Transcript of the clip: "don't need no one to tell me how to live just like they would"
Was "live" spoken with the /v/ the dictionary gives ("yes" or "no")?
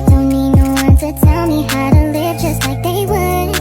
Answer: yes